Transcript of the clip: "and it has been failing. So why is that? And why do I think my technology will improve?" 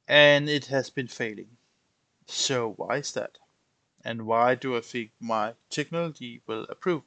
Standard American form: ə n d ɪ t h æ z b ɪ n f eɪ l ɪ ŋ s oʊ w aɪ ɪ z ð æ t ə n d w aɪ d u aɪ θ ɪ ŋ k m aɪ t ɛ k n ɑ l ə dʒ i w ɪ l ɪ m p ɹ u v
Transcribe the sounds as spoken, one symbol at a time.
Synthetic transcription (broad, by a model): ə n ɪ t h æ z b ɪ n f eɪ l ɪ ŋ s oʊ w aɪ ɪ z ð æ t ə n w aɪ d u aɪ f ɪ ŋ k m aɪ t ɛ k n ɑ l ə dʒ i w ɪ l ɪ p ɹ u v